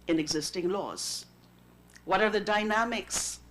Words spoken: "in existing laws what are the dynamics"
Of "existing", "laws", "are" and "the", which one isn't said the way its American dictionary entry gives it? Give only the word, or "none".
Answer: none